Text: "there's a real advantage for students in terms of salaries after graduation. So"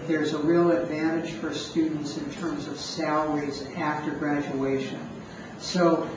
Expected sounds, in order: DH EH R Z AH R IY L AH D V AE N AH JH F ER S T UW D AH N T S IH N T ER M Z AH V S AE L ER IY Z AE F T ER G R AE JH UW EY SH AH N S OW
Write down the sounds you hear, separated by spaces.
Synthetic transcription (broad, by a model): DH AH R Z AH R IY L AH D V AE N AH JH F ER S T UW D N T S IH N T ER M Z AH V S AE L ER IY Z AE F T ER G R AE JH UW EY SH AH N S OW